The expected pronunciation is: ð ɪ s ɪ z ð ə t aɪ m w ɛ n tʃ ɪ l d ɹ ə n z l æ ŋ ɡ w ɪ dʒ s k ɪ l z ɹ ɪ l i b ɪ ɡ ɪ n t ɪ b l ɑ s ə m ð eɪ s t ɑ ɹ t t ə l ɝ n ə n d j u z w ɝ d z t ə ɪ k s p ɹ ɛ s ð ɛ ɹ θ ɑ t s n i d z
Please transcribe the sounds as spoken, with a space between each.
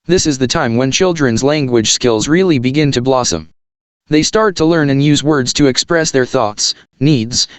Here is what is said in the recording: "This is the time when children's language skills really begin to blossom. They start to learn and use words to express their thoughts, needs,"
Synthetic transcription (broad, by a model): ð ɪ s ɪ z ð ə t aɪ m w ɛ n tʃ ɪ l d ɹ ə n z l æ ŋ ɡ w ɪ dʒ s k ɪ l z ɹ ɪ l i b ɪ ɡ ɪ n t ɪ b l ɑ s ə m ð eɪ s t ɑ ɹ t t ə l ɝ n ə n j u z w ɝ d z t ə ɪ k s p ɹ ɛ s ð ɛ ɹ θ ɑ t s n i d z